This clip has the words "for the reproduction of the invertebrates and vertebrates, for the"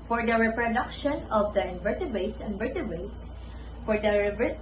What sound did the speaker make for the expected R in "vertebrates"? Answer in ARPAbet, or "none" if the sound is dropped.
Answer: none